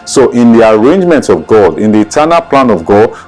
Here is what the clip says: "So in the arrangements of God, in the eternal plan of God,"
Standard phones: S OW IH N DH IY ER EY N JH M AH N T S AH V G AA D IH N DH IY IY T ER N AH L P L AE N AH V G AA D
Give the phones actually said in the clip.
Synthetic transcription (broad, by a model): S OW IH N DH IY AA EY N JH M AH N T AH V G AA D IH N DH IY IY T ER N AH L P L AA N AH V G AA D